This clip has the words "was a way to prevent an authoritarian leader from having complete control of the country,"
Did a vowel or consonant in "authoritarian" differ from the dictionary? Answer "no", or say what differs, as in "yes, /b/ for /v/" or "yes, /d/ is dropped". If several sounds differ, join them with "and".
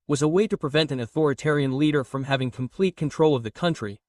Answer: no